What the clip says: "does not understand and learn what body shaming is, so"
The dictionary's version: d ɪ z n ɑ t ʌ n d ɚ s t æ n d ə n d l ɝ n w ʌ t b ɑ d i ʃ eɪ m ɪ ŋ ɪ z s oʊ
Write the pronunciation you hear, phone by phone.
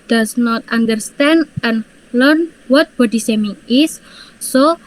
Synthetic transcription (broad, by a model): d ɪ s n ɑ t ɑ n d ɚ s t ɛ n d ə n l ɝ n w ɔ t b ɑ d i s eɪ m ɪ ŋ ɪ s oʊ